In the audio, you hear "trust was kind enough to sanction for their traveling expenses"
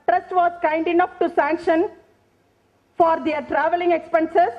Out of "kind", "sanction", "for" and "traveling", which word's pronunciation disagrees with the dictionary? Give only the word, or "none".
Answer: none